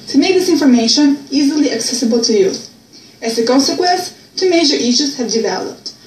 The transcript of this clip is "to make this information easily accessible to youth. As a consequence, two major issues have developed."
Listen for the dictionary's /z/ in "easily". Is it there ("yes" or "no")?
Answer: yes